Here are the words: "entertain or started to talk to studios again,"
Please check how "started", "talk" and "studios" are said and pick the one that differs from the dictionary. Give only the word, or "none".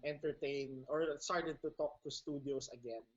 studios